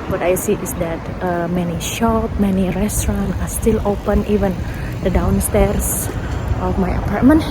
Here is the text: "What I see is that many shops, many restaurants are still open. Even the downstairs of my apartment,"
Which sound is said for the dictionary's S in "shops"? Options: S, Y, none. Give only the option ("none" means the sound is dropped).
none